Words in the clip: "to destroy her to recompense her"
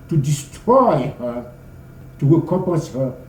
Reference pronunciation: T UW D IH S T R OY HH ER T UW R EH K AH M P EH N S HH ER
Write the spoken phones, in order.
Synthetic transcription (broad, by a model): T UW D IH S T R OY HH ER T UW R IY K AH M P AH S HH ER